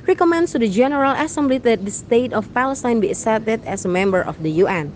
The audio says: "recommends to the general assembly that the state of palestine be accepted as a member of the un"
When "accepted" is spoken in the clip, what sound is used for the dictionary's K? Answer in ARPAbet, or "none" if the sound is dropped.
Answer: none